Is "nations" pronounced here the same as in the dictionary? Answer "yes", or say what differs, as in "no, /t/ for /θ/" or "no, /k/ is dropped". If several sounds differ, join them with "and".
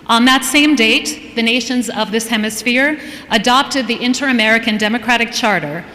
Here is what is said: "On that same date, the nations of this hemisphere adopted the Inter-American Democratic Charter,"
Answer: yes